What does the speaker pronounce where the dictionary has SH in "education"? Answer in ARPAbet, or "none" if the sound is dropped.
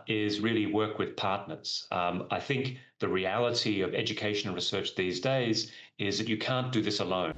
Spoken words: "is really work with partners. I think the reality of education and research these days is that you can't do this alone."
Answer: none